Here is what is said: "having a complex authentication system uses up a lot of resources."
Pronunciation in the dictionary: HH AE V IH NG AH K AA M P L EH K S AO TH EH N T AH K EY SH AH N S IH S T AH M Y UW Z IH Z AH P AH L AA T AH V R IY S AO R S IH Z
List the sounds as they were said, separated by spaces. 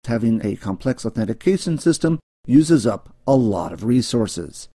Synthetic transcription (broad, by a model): HH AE V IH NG AH K AA M P L EH K S AO TH EH N T AH K EY SH AH N S IH S T AH M Y UW Z IH Z AH P AH L AA T AH V R IY S AO R S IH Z